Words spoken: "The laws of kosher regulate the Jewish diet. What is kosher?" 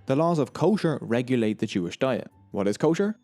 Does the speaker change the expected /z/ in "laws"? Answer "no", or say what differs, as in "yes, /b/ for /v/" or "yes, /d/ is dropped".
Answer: no